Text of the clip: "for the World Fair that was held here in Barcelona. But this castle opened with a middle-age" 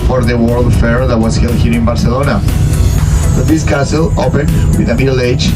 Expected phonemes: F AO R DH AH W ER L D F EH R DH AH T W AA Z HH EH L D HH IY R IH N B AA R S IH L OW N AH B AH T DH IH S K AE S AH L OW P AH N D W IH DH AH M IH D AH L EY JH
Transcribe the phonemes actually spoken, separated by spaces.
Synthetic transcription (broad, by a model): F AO R DH AH W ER L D F EH R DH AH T W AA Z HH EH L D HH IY R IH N B AA R S IH L OW N AH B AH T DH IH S K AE S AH L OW P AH N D W IH DH AH M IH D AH L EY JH